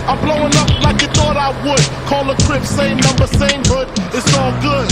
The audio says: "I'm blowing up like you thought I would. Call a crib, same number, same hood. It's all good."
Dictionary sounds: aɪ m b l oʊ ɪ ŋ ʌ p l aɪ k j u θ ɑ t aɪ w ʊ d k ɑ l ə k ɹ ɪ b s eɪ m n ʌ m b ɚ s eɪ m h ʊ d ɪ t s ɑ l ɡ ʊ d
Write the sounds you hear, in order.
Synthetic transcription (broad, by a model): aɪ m b l oʊ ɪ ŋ ʌ p l aɪ k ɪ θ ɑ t aɪ w ʊ d k ɑ l ə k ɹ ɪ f s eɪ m n ʌ m b ɚ s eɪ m h ʊ d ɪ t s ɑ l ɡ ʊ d